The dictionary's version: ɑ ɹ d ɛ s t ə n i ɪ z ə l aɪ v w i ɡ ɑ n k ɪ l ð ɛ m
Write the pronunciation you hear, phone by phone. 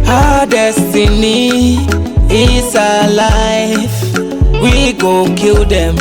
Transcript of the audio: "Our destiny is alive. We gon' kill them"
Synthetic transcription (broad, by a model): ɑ d ɛ s t ə n i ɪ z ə l aɪ f w i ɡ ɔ k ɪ l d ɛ m